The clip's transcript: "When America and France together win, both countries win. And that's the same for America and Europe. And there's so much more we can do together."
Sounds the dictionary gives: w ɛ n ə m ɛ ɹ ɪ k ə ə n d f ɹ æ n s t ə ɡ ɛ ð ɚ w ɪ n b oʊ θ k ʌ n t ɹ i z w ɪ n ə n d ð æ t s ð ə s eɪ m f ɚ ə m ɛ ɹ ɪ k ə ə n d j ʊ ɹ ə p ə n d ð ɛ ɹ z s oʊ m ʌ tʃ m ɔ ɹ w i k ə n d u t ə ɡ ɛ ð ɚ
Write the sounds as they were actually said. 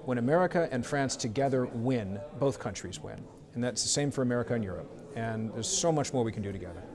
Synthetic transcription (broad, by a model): w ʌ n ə m ɛ ɹ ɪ k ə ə n f ɹ æ n s t ə ɡ ɛ ð ɚ w ɪ n b oʊ θ k ʌ n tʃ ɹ i z w ɪ n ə n ð æ t s ð ə s eɪ m f ɚ ə m ɛ ɹ ɪ k ə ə n j ʊ ɹ ə p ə n ð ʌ ɹ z s oʊ m ʌ tʃ m ɔ ɹ w i k n d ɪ t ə ɡ ɛ ð ɚ